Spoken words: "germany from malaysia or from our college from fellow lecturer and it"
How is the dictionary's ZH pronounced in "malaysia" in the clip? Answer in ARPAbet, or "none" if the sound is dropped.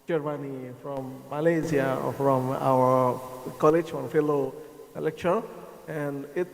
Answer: Z